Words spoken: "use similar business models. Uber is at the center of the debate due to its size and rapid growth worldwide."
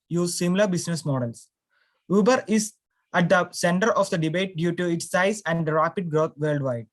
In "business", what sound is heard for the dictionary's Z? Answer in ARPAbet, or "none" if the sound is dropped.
S